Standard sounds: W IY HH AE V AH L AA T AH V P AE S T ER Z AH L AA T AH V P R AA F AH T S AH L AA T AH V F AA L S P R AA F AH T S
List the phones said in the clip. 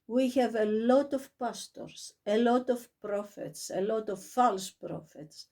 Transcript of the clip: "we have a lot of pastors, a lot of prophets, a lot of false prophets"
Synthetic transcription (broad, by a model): W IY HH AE V AH L AA T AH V P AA S T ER S AH L AA T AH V P R AA F AH T S AH L AA T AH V F AA L S P R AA F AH T S